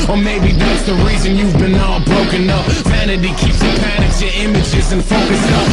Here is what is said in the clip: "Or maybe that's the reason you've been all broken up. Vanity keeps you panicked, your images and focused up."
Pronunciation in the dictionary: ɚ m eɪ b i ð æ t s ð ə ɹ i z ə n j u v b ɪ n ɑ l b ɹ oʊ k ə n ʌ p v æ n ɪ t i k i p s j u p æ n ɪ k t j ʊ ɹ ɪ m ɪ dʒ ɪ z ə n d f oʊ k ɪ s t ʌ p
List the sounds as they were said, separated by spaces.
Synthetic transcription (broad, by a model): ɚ m eɪ b i ð æ t s ð ə ɹ i z ə n j u v b ɪ n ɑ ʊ b ɹ oʊ k ə n ʌ p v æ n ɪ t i k i p s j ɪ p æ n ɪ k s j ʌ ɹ ɪ m ɪ dʒ ɪ z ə n f oʊ k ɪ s ʌ